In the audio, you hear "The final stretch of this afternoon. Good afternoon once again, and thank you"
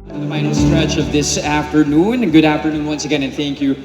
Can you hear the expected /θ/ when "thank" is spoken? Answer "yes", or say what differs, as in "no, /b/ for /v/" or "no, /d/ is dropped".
yes